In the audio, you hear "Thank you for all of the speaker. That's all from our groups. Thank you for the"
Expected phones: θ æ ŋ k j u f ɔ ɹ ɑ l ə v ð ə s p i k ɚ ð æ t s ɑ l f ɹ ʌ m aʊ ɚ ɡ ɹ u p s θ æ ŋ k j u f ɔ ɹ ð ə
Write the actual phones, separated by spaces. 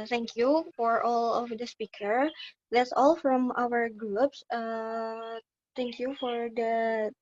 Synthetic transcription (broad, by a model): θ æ ŋ k j u f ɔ ɹ ɑ l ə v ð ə s p i k ɚ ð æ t s ɑ l f ɹ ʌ m aʊ ɚ ɡ ɹ u p s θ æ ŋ k j u f ɔ ɹ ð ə